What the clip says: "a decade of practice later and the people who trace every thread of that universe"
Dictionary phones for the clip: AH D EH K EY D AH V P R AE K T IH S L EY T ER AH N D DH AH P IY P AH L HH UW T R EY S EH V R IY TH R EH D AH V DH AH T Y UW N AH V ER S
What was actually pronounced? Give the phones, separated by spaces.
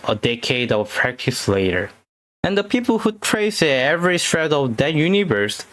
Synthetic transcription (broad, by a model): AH D EH K EY D AH V P R AE K T IH S L EY T ER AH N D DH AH P IY P L HH UW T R EY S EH V R IY T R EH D AH V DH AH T Y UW N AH V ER S